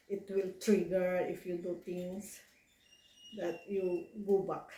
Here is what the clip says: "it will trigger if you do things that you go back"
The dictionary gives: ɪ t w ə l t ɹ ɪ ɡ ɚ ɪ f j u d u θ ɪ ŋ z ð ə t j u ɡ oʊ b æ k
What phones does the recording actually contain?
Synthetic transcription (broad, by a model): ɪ t w ə l t ɹ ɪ ɡ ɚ ɪ f j u d u t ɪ ŋ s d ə t j u ɡ oʊ b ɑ k